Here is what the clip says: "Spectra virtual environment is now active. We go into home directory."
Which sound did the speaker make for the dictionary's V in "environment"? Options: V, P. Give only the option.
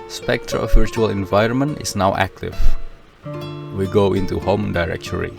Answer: V